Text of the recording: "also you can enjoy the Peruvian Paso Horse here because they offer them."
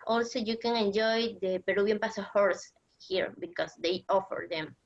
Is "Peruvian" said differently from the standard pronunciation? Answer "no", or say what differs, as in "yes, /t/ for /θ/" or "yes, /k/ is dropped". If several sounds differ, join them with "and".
yes, /b/ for /v/